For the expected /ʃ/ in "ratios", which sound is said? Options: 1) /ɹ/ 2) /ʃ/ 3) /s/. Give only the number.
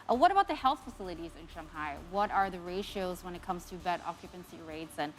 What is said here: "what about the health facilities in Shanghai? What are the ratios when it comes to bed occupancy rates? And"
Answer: 2